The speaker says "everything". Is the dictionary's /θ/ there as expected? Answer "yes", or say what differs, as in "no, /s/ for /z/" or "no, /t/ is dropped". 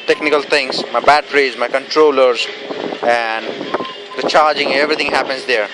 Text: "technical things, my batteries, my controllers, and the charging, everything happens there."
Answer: no, /t/ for /θ/